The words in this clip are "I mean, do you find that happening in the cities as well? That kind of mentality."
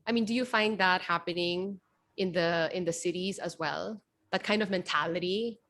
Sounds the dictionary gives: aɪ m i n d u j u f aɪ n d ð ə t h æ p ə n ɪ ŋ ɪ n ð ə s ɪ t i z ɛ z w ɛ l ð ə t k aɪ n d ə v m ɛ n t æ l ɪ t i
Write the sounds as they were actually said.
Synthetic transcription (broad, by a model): aɪ m i n d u j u f aɪ n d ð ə t h æ p ə n ɪ ŋ ɪ n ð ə s ɪ t i z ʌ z w ɛ l ð ə t k aɪ n d ə v m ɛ n t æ l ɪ t i